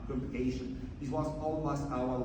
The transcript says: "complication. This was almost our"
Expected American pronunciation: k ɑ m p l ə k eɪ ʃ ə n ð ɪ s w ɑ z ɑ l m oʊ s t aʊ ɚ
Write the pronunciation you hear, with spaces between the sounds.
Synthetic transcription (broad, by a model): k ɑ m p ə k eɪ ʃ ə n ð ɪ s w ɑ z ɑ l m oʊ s aʊ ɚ